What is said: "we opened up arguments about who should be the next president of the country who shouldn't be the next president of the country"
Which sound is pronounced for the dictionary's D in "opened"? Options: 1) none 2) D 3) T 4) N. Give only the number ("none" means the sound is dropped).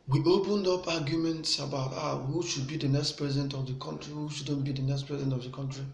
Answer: 2